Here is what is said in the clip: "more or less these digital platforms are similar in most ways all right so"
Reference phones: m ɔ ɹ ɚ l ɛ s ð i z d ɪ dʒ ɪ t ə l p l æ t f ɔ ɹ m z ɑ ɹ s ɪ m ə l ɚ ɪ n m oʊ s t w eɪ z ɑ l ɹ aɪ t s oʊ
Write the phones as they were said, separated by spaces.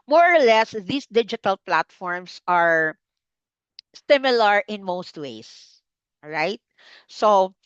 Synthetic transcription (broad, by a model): m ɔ ɹ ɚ l ɛ s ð i s d ɪ dʒ ɪ t ə l p l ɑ t f ɔ ɹ m s ɑ ɹ s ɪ m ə l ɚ ɪ n m oʊ s t w eɪ ɪ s ɹ aɪ t s oʊ